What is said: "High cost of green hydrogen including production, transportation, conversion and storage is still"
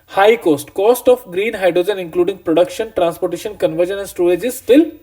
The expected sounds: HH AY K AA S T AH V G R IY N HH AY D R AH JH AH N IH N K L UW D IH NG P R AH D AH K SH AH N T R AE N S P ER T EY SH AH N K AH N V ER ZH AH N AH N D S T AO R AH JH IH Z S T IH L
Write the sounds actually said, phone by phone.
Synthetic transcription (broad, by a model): HH AY K AA S T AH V G R IY N HH AY D R AH JH AH N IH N K L UW D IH NG P R AH D AH K SH AH N T R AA N S P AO T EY SH AH N K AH N V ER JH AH N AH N S T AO L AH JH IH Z S T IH L